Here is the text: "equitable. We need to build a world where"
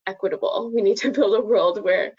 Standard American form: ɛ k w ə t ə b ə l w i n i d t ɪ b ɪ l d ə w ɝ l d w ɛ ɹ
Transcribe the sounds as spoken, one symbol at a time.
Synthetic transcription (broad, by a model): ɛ k w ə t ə b l w i n i d t ɪ b ɪ l d ə w ɝ l d w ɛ ɹ